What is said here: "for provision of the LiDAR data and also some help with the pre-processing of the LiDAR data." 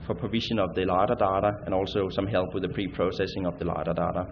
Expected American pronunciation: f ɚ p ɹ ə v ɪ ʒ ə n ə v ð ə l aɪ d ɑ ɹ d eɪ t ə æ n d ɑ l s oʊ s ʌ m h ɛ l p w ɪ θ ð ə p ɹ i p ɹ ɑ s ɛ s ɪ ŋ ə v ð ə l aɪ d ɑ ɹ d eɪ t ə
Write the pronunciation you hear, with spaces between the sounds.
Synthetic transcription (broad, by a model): f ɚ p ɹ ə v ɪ ʃ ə n ə v ð ə l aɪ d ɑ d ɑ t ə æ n ɑ l s oʊ s ʌ m h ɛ l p w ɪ ð ə p ɹ i p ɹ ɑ s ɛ s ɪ ŋ ə v ð ə l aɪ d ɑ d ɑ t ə